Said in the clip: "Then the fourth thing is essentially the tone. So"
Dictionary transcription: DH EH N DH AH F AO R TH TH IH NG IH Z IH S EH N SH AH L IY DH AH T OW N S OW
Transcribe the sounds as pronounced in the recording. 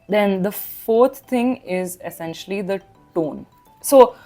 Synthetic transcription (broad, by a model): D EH N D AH F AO R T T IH NG IH Z IH S EH N SH AH L IY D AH T OW N S OW